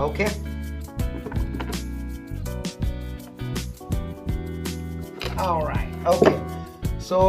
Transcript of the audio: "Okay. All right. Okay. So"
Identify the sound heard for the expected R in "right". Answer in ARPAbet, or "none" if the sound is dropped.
R